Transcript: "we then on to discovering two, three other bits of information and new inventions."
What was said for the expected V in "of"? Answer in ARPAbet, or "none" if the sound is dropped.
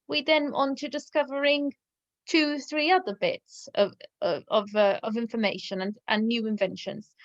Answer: V